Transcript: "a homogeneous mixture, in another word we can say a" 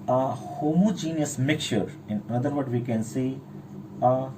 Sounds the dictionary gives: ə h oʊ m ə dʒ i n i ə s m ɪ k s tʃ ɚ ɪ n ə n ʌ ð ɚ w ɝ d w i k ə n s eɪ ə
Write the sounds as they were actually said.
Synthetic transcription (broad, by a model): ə h oʊ m ə dʒ i n i ə s m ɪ k tʃ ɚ ɪ n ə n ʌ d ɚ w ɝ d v i k ə n s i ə